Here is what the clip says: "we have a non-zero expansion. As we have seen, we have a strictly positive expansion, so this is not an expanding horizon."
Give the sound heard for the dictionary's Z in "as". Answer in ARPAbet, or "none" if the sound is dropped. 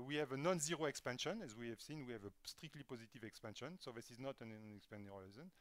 Z